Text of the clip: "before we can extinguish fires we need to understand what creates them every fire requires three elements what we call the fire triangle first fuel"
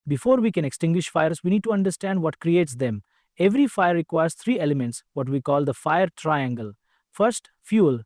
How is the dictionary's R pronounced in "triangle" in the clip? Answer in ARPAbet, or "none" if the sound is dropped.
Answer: R